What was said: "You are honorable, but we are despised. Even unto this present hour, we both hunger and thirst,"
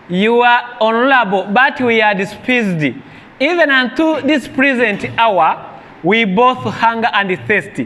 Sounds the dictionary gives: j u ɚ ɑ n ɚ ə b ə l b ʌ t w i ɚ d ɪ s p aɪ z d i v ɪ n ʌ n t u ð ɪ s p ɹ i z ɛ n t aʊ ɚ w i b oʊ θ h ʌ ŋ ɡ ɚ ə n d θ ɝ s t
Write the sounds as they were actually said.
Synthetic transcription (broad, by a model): j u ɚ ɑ n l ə b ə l b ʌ t w i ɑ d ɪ s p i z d i v ɪ n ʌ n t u ð ɪ s p ɹ i z ɛ n t aʊ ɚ w i b oʊ θ h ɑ ŋ ɡ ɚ ə n d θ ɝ s t